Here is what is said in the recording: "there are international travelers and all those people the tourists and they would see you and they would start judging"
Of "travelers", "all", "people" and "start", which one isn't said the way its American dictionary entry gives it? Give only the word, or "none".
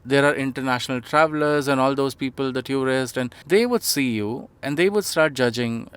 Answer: none